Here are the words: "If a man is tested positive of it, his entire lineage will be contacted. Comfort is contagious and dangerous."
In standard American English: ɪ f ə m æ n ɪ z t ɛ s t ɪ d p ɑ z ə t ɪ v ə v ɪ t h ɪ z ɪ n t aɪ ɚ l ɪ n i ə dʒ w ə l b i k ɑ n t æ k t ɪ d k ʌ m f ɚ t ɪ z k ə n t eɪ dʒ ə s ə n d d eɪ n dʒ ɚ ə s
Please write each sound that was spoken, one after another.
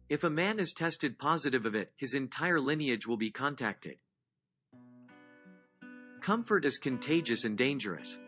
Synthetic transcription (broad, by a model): ɪ f ə m æ n ɪ z t ɛ s t ɪ d p ɑ z ə t ɪ v ə v ɪ t h ɪ z ɪ n t aɪ ɚ l ɪ n i ə dʒ w ə l b i k ɑ n t æ k t ɪ d k ʌ m f ɚ t ɪ z k ə n t eɪ dʒ ə s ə n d d eɪ n dʒ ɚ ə s